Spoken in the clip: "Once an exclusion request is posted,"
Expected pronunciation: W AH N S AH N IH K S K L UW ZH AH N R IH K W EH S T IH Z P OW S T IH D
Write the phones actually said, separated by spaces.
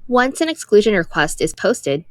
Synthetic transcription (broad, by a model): W AH N S AH N IH K S K L UW ZH AH N R IH K W EH S T IH Z P OW S T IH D